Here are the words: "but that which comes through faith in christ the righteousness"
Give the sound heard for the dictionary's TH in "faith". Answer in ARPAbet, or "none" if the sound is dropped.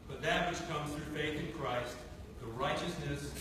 TH